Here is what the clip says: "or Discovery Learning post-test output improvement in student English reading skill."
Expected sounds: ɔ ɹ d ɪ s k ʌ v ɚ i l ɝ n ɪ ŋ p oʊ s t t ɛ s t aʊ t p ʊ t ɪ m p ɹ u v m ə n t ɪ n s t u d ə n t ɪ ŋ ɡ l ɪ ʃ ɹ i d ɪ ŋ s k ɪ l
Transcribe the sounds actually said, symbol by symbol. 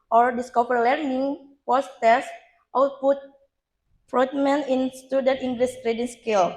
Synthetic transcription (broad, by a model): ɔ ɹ d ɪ s k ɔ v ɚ l ɝ n ɪ ŋ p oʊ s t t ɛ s t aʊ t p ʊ t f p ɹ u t m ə n ɪ n s t u d ə n t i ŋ ɡ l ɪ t ɹ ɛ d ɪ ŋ s k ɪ l